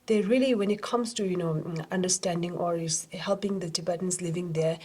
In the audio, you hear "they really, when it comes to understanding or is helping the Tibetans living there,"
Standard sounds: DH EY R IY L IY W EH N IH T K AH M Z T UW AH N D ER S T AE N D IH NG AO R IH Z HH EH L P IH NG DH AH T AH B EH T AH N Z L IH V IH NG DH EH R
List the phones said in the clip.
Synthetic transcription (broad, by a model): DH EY R IY L IY W EH N IH T K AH M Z T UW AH N D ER S T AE N D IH NG AO R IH S HH EH L P IH NG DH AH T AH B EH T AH N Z L IH V IH NG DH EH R